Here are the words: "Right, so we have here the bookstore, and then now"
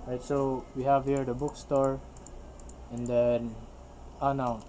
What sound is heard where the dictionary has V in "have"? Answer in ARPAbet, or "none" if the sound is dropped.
V